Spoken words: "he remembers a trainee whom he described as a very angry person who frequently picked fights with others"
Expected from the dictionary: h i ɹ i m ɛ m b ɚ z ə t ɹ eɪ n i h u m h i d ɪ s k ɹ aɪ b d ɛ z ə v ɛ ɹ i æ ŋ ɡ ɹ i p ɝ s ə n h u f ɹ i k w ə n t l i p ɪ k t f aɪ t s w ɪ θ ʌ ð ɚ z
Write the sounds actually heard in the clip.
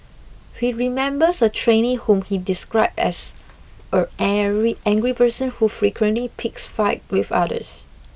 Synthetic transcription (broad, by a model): h i ɹ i m ɛ m b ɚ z ə t ɹ eɪ n i h u m h i d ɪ s k ɹ aɪ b ɛ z ə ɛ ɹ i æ ŋ ɡ ɹ i p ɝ s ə n h u f ɹ i k w ə n t l i p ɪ k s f aɪ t w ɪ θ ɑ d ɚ s